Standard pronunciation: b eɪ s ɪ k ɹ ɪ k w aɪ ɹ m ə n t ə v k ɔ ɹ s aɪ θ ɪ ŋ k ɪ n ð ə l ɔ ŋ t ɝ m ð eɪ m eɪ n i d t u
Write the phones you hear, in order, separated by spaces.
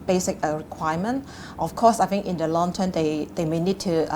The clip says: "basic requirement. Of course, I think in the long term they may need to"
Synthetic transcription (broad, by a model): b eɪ s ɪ k ɹ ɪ k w aɪ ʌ m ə n t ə f k ɔ s aɪ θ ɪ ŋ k ɪ n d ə l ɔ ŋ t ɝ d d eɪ m eɪ n i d t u